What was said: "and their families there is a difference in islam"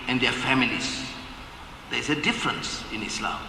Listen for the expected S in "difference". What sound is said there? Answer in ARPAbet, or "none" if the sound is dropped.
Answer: S